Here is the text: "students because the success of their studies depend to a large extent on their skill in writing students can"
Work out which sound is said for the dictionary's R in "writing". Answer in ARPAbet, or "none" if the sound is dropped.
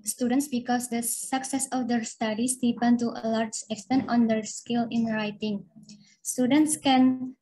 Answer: R